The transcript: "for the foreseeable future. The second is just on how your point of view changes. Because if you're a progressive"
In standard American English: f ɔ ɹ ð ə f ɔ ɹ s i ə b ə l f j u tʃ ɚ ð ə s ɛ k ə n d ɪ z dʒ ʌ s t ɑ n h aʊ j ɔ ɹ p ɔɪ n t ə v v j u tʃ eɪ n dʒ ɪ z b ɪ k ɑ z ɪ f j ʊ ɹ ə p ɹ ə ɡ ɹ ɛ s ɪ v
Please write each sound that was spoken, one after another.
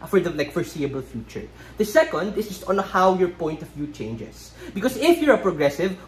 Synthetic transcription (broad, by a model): f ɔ ɹ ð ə f ɔ ɹ s i ə b ə l f j u tʃ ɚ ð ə s ɛ k ə n d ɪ s dʒ ʌ s t ɑ n h aʊ j ɔ ɹ p ɔɪ n t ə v v j u tʃ eɪ n dʒ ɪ s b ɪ k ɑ s ɪ f j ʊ ɹ ə p ɹ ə ɡ ɹ ɛ s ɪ v